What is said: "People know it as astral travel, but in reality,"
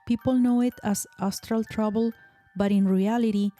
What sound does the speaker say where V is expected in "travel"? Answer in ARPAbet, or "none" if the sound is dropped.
B